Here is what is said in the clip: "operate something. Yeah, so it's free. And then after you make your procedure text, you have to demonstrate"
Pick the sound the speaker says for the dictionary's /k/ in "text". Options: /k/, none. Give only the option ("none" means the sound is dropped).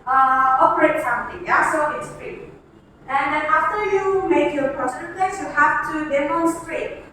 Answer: none